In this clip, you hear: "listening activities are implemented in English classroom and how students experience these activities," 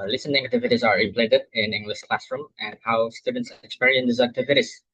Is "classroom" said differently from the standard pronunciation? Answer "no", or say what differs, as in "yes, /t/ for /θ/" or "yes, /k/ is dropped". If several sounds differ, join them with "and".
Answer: no